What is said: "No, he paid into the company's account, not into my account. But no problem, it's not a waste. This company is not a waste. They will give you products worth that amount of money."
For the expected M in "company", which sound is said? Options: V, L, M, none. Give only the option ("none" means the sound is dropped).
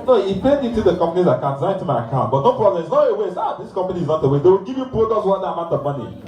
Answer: M